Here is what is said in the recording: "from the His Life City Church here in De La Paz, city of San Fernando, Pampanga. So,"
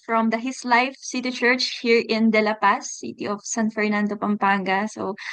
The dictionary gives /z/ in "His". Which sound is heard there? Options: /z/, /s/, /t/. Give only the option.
/s/